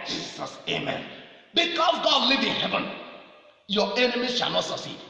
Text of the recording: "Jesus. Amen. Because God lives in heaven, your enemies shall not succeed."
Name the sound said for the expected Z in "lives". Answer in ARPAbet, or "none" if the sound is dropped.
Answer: none